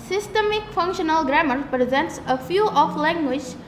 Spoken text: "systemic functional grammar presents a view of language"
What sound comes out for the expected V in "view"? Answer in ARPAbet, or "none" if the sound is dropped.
F